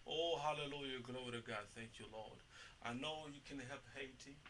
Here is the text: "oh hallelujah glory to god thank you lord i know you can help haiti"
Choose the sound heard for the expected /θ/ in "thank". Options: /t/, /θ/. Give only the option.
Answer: /θ/